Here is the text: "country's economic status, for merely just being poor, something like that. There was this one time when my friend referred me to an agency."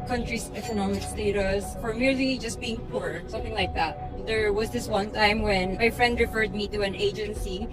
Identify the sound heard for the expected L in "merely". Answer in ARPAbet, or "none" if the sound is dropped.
L